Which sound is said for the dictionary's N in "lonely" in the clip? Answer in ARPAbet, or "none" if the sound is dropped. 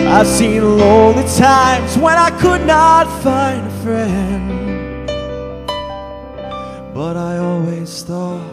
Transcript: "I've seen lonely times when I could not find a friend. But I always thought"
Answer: none